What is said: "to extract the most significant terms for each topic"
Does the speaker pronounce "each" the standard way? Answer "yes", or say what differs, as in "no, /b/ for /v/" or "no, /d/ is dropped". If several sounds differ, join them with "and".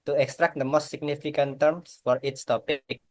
no, /s/ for /tʃ/